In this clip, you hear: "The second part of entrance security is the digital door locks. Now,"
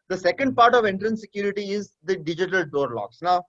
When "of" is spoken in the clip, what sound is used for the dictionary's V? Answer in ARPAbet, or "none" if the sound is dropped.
V